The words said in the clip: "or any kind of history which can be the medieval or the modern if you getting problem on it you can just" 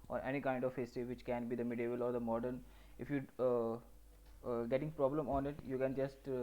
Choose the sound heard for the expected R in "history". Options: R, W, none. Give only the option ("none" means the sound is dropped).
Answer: none